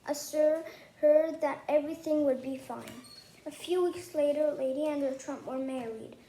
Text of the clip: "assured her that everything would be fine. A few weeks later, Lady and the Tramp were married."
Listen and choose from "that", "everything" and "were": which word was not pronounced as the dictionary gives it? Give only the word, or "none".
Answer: none